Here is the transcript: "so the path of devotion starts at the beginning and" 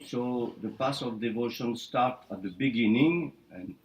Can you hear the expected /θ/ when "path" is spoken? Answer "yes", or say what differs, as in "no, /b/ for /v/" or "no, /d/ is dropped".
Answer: no, /s/ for /θ/